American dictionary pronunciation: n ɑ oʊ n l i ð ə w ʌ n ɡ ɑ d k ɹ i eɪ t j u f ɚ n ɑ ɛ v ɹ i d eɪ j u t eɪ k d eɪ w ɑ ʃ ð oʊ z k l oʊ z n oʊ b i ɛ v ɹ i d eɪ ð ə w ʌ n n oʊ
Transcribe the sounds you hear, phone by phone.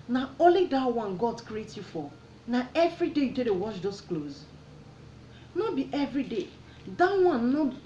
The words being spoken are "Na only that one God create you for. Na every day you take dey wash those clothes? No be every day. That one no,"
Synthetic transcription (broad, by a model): n ɑ oʊ l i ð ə w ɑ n ɡ ɑ d k ɹ i eɪ t j u f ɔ n ɑ ɛ v ɹ i d eɪ j u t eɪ d eɪ w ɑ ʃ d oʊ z k l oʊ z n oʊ b i ɛ v ɹ i d eɪ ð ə w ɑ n n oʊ